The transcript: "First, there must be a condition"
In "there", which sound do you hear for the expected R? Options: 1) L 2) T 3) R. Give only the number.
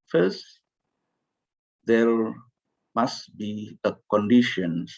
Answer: 1